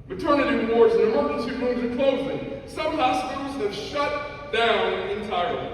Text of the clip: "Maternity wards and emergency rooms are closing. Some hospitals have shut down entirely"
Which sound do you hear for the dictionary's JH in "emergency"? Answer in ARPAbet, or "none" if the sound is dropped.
none